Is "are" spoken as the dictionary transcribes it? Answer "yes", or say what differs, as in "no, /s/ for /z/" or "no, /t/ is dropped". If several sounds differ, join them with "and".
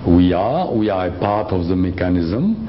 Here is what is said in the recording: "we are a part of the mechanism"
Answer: no, /w/ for /ɹ/